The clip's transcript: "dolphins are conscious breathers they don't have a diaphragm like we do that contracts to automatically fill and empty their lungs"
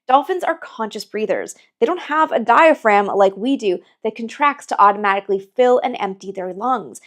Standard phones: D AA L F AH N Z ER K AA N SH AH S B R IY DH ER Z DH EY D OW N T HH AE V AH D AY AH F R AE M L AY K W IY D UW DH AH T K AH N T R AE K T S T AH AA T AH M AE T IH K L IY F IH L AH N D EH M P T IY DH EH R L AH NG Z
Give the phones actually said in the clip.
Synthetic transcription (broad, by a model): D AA L F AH N Z ER K AA N SH AH S B R IY DH ER Z DH EY D OW N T HH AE V AH D AY AH F R AE M L AY K W IY D UW DH AH T K AH N T R AE K T S T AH AA T AH M AE T IH K L IY F IH L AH N EH M P T IY DH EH R L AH NG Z